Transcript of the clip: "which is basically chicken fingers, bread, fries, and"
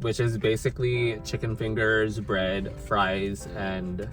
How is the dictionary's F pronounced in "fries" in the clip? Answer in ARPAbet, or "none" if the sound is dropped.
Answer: F